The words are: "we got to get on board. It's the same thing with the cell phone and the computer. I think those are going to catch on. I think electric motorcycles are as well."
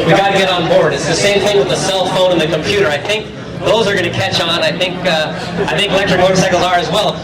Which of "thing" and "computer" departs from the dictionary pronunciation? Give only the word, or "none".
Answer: none